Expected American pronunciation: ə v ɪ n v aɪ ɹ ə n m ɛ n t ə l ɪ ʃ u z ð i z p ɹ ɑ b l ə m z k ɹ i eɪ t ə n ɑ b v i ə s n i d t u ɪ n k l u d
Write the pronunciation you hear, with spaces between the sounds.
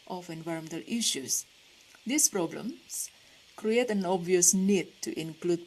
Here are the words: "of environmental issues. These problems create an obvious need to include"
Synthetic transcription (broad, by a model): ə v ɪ n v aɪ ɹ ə m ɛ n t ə l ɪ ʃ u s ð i s p ɹ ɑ b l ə m s k ɹ i eɪ t ə n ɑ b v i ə s n i d t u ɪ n k l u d